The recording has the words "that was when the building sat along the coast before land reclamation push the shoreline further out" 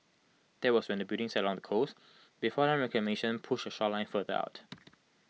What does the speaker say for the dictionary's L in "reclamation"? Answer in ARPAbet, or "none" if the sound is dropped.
none